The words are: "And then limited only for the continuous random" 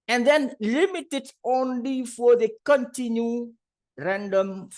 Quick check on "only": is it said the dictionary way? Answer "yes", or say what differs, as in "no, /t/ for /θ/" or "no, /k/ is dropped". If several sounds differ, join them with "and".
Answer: yes